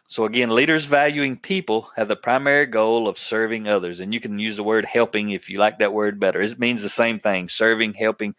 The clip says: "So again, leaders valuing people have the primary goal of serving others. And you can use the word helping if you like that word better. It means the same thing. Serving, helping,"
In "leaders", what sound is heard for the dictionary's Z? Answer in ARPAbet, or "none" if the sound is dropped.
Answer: Z